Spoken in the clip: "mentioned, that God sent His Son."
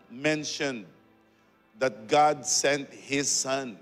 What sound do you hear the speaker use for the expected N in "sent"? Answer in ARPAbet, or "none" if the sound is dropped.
N